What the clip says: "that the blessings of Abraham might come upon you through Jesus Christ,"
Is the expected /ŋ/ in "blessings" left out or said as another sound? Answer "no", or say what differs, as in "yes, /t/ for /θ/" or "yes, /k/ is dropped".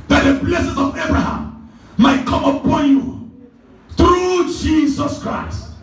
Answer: yes, /ŋ/ is dropped